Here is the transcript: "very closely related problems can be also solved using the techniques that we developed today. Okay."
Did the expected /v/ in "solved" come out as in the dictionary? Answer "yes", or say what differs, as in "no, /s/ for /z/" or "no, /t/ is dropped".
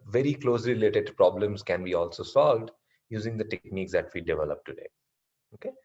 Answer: yes